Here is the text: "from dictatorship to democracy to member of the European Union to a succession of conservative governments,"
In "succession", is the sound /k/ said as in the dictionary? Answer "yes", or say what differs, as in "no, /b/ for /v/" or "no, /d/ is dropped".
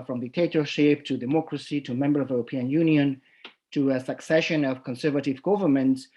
yes